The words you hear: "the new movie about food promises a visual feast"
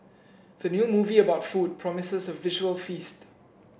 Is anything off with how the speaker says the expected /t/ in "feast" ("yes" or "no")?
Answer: no